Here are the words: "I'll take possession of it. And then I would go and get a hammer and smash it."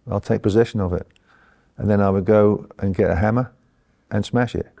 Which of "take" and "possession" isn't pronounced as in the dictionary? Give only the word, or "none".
none